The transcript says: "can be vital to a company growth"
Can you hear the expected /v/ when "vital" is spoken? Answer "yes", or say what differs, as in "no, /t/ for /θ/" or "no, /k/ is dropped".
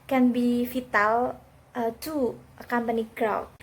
no, /f/ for /v/